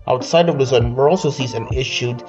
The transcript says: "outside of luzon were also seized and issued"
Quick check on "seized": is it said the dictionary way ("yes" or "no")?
no